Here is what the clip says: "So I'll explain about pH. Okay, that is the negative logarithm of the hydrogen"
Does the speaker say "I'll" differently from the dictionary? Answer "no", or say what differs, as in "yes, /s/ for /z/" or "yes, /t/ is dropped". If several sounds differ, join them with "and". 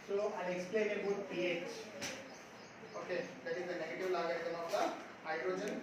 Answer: yes, /n/ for /l/